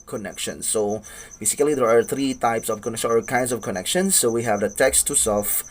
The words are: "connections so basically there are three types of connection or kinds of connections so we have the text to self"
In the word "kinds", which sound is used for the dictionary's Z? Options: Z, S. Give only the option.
S